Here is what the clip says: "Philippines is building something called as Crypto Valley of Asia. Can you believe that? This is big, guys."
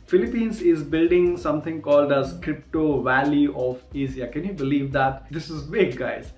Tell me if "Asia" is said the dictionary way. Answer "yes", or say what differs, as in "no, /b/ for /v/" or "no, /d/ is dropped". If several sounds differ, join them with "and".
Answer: no, /z/ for /ʒ/